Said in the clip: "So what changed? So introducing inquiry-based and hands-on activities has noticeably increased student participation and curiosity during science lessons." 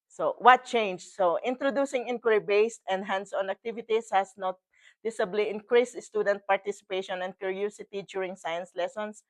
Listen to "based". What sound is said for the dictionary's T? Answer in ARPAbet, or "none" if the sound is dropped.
T